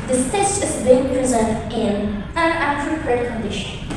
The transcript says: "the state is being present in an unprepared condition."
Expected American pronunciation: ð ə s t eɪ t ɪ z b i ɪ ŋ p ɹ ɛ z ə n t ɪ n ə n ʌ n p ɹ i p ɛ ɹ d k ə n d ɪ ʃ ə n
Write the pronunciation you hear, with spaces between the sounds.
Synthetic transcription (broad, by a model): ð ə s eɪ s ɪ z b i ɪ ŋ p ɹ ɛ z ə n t ɪ n ə n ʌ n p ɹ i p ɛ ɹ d k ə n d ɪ ʃ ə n